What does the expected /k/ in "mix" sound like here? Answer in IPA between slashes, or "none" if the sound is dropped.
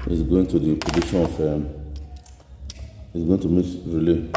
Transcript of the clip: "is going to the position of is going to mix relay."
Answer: none